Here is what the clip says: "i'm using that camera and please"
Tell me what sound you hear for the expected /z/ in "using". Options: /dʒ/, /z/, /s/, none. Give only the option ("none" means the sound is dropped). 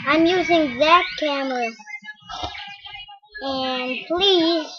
/z/